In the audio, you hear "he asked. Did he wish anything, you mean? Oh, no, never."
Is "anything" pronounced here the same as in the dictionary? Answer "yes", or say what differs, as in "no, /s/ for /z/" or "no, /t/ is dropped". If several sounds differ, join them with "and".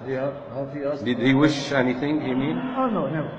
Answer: yes